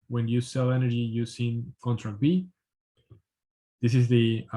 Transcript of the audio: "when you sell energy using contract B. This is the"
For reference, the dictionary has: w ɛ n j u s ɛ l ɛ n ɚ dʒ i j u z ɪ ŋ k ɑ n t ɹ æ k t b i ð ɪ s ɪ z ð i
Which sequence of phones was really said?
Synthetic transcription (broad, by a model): w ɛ n j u s ɛ l ɛ n ɚ dʒ i j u s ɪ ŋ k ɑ n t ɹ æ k b i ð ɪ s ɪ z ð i